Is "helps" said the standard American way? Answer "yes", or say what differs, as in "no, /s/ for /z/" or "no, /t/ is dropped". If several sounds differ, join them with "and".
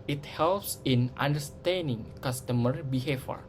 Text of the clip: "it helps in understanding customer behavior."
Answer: yes